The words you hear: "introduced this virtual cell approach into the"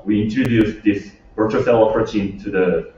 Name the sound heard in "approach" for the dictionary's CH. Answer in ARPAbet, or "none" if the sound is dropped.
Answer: CH